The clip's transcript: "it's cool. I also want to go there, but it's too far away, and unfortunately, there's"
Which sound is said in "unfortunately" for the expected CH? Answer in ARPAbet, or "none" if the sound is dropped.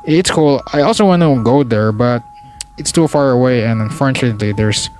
none